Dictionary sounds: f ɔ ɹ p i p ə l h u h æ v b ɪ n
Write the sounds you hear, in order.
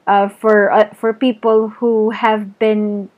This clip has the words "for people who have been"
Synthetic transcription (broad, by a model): f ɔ ɹ p i p ə l h u h æ v b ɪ n